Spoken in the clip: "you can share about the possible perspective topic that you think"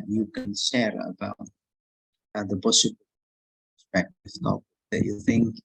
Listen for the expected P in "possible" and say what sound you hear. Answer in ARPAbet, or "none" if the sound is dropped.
B